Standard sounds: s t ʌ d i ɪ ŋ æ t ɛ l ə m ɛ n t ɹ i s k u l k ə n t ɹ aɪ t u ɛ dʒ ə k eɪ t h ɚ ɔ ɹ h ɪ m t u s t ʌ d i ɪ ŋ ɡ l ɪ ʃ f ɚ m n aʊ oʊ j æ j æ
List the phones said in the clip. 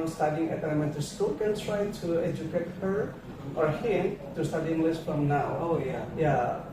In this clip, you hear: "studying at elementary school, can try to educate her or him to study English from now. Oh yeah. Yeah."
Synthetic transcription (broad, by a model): s t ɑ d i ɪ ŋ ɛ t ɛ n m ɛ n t i s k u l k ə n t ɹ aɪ t u ɛ dʒ ə k eɪ t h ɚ ɔ ɹ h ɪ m t u s t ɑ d i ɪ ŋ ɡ l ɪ s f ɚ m n aʊ oʊ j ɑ j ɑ